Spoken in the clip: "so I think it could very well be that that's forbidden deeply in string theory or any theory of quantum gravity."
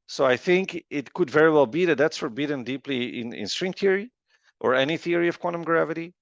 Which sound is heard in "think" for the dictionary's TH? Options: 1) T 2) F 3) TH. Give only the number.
3